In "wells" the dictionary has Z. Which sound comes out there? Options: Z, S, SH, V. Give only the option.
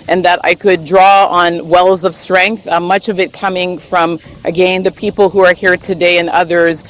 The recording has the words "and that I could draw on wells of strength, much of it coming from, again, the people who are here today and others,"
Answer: Z